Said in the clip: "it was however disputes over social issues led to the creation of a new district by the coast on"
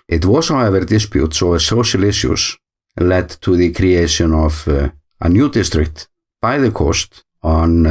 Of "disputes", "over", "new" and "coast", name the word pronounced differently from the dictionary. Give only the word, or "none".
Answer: over